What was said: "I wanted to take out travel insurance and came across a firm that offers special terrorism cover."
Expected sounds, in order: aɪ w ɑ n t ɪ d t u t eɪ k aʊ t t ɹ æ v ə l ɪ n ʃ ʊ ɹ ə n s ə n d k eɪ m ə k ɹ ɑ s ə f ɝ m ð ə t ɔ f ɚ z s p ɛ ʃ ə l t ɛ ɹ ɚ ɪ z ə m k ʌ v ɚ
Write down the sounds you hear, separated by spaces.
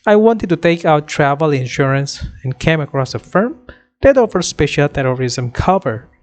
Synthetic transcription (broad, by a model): aɪ w ɑ n t ɪ d t u t eɪ k aʊ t t ɹ æ v ə l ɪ n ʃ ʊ ɹ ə n s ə n k eɪ m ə k ɹ ɑ s ə f ɝ m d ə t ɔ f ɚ s p ɛ ʃ ə l t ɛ ɹ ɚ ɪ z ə m k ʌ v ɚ